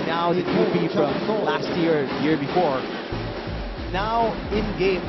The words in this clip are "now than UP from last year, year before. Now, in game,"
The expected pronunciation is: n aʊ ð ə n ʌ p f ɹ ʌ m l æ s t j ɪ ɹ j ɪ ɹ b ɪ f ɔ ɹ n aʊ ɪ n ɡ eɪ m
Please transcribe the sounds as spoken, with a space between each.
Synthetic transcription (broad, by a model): n aʊ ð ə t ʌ b f ɹ ʌ m l æ s t j ɪ ɹ j ɪ ɹ b ɪ f ɔ ɹ n aʊ ɪ n ɡ eɪ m